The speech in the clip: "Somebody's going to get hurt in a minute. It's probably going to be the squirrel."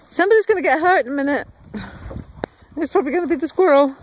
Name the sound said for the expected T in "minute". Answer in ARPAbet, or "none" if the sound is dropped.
T